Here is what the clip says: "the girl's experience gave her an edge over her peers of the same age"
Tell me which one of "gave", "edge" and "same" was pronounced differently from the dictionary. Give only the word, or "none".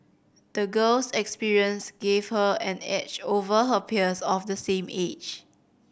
edge